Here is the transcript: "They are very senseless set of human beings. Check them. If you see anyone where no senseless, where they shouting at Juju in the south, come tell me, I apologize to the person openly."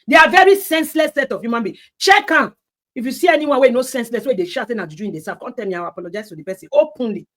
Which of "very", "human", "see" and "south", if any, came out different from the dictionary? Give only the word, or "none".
south